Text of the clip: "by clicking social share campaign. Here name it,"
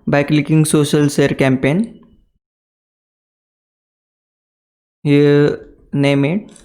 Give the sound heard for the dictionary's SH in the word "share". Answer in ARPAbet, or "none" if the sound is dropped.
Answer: S